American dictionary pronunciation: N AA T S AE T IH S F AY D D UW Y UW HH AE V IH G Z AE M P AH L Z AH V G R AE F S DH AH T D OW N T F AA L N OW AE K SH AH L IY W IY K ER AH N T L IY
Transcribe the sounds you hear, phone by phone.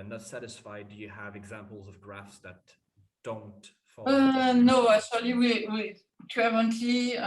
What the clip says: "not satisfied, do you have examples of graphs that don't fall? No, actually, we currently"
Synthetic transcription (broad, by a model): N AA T S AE T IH S F AY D D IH Y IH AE V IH G Z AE M P L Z AH V G R AE F S DH AH T D OW N T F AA N OW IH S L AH W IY W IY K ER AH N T L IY